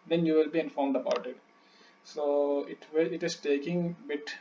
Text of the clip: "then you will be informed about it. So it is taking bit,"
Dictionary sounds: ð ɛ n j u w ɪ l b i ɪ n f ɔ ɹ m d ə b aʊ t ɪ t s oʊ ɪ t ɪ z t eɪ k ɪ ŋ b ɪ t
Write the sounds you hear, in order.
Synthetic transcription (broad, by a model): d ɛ n j u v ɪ l b i ɪ n f ɔ ɹ m d ə b aʊ t ɪ t s oʊ ɪ t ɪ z t eɪ k ɪ ŋ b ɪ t